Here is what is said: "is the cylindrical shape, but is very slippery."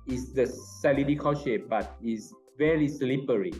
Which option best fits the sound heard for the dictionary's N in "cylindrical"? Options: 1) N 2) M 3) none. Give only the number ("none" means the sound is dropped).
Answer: 3